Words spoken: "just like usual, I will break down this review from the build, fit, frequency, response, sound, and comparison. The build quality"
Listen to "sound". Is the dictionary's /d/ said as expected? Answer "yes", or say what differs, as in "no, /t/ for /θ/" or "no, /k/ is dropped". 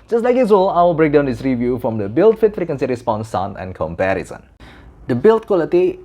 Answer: no, /d/ is dropped